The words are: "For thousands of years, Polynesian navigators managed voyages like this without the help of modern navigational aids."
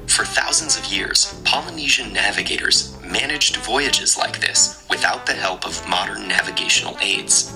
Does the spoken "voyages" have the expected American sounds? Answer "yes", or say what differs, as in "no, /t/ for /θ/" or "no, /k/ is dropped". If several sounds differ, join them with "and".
yes